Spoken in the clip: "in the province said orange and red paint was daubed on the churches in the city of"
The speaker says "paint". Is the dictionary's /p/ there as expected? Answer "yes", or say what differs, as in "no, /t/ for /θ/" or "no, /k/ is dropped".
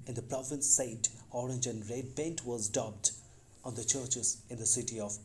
no, /b/ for /p/